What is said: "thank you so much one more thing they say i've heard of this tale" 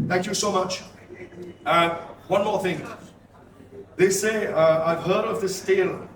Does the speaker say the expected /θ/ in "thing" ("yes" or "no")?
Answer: yes